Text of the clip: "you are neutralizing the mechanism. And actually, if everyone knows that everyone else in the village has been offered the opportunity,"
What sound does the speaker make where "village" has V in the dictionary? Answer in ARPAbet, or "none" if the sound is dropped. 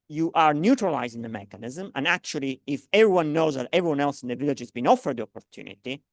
V